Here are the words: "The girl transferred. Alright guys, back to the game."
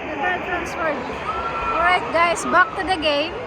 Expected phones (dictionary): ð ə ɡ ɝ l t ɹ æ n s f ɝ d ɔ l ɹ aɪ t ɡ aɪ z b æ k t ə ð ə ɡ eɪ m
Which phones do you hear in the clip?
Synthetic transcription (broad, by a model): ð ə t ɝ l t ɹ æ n s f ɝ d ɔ ɹ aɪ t ɡ aɪ s b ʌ k t ə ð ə ɡ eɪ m